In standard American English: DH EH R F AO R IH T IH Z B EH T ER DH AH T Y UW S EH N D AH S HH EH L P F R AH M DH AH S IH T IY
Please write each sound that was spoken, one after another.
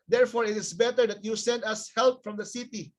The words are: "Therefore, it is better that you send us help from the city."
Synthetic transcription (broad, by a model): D EH R F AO R IH T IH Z B EH T ER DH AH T Y UW S EH N D AH S HH EH L P F R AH M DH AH S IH T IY